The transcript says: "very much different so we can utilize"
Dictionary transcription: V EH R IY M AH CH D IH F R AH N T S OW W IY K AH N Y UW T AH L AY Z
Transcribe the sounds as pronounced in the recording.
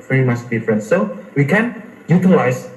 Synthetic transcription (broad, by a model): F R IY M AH S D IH F R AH N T S OW W IY K AH N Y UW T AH L AY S